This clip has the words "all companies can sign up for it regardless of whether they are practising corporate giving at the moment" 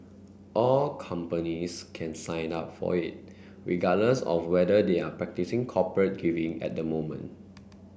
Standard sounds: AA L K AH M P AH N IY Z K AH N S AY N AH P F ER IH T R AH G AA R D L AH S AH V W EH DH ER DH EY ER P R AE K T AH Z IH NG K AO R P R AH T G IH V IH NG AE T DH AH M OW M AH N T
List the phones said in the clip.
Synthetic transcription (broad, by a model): AA L K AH M P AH N IY S K AH N S AY N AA P F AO IH T R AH G AA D L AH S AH F W EH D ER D EY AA P R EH K T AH S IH NG K AO P R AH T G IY V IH NG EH T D AH M OW M AH N T